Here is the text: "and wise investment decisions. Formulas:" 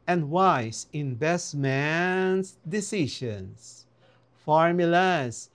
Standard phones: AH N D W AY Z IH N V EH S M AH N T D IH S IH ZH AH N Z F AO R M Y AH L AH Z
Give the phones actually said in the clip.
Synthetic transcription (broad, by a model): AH N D W AY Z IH N B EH S M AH N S D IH S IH SH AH N S F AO R M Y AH L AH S